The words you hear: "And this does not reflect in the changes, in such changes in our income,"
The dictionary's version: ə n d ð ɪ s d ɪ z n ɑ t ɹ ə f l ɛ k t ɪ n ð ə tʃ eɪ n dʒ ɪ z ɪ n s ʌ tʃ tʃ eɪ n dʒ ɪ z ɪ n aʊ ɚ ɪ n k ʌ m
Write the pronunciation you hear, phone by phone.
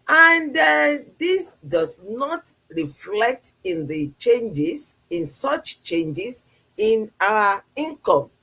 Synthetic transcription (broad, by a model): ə n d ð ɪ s d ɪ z n ɑ t ɹ ə f l ɛ k t ɪ n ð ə tʃ eɪ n dʒ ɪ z ɪ n s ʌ tʃ tʃ eɪ n dʒ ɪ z ɪ n aʊ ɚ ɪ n k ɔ m